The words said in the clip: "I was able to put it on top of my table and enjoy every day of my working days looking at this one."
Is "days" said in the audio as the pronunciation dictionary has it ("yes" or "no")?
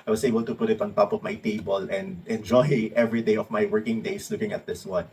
no